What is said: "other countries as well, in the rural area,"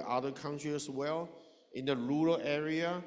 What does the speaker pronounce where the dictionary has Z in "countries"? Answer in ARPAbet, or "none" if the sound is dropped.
none